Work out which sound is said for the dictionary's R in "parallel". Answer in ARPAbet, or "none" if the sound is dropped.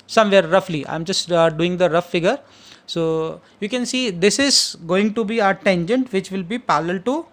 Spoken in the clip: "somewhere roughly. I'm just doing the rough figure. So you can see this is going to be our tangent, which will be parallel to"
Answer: L